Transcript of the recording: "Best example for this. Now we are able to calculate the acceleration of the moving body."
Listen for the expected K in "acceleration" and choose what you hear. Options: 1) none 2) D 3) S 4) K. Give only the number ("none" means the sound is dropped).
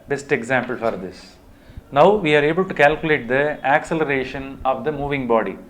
4